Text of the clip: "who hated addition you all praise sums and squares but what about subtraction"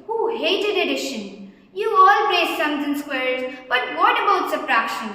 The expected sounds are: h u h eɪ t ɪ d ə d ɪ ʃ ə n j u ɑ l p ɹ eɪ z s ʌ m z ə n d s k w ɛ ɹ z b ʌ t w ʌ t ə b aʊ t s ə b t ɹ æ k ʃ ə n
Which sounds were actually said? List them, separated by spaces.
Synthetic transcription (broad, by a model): h u h eɪ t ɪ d ə d ɪ ʃ ə n j u ɑ l p l eɪ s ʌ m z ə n s k w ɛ ɹ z b ʌ t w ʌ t ə b aʊ t s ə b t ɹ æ k ʃ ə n